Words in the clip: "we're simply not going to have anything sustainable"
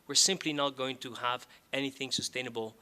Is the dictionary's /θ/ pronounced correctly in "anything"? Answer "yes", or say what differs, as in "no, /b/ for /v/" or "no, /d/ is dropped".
yes